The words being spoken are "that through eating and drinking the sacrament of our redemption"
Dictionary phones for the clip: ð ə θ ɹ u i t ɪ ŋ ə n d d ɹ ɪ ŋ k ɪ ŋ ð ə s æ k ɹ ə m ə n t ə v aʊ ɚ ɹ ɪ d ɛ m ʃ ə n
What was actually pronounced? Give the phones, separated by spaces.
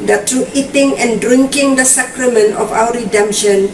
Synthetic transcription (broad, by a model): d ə t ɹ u i t ɪ ŋ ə n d d ɹ ɪ ŋ k ɪ ŋ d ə s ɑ k ɹ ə m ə n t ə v aʊ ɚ ɹ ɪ d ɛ m ʃ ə n